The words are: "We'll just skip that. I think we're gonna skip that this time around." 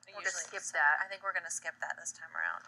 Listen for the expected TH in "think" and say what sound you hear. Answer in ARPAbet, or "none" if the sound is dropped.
TH